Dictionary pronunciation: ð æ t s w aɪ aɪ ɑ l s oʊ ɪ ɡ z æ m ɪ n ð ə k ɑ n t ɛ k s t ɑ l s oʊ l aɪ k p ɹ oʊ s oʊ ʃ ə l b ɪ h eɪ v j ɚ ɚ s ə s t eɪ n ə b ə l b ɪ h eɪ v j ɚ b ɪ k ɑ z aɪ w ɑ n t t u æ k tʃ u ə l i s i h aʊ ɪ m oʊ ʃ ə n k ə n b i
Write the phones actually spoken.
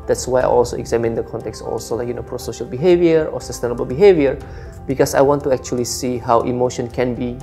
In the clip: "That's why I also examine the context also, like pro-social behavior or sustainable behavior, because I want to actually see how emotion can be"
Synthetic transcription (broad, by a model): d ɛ t s w aɪ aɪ ɑ l s oʊ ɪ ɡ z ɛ m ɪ n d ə k ɑ n t ɛ k s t ɑ l s oʊ l aɪ k p ɹ oʊ s oʊ ʃ ə l b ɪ h eɪ v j ɚ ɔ s ə s t eɪ n ə b ə l b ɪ h eɪ v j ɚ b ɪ k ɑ s aɪ w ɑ n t t u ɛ k tʃ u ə l i s i h aʊ ɪ m oʊ ʃ ə n k ə n b i